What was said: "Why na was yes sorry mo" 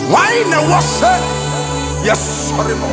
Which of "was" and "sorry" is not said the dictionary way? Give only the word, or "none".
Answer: was